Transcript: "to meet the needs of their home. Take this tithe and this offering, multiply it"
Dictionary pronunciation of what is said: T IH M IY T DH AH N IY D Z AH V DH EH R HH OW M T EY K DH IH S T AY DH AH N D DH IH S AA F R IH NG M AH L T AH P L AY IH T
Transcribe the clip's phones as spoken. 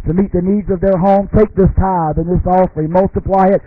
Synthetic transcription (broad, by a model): T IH M IY T DH AH N IY D Z AH V DH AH R HH OW M T EY K DH IH S T AY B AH N DH IH S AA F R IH M AH L T AH P L AY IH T